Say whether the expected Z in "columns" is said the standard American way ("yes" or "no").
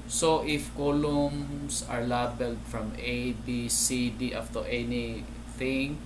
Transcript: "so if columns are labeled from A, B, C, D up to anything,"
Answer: no